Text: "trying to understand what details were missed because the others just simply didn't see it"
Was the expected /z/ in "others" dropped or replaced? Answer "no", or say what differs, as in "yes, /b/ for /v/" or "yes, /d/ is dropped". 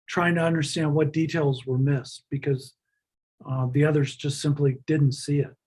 no